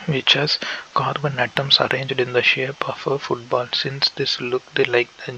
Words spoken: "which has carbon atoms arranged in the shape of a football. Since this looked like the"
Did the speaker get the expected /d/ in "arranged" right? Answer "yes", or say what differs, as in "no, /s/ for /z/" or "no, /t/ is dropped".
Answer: yes